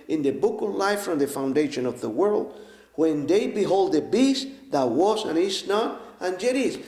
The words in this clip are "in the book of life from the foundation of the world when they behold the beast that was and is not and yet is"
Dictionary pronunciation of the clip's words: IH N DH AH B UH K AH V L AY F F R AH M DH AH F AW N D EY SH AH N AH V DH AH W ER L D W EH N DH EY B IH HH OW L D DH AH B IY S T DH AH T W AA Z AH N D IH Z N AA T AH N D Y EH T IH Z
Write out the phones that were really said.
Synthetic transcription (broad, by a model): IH N DH AH B UH K AH V L AY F F R AH M DH AH F AW N D EY SH AH N AH V DH AH W ER L D W EH N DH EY B IH HH OW L D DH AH B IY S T DH AH T W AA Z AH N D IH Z N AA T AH N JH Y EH T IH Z